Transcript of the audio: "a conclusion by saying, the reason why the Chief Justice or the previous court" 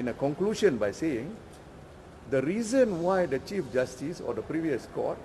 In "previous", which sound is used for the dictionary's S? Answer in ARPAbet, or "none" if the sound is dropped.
S